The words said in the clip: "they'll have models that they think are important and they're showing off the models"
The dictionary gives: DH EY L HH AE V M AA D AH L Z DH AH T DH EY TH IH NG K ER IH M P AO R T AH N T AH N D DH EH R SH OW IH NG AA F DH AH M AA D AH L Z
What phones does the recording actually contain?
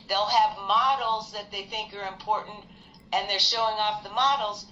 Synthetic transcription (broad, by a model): DH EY L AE V M AA D L Z DH AH T DH EY TH IH NG K ER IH M P AO R T N T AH N DH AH R SH OW IH NG AA F DH AH M AA D L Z